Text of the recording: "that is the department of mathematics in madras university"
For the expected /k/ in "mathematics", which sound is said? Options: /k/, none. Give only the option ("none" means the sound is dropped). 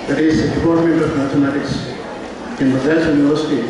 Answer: none